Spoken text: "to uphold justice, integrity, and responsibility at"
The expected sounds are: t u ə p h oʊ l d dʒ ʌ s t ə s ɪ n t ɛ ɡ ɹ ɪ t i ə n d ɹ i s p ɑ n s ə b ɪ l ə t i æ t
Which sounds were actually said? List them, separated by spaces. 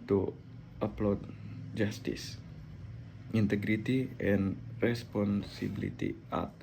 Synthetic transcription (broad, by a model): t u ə p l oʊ d dʒ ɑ s t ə s ɪ n t ɛ ɡ ɹ ɪ t i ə n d ɹ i s p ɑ n s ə b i l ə t i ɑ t